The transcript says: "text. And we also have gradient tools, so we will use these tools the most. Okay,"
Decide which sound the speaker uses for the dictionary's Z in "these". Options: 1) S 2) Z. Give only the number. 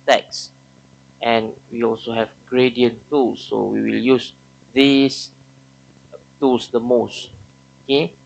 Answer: 1